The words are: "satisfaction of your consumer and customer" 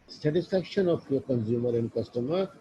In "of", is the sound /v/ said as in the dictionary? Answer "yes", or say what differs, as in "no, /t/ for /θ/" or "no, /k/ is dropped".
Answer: no, /p/ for /v/